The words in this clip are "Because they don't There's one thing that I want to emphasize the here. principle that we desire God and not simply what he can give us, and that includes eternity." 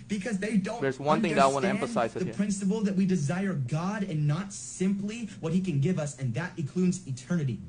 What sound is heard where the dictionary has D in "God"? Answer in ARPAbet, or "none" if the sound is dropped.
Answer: D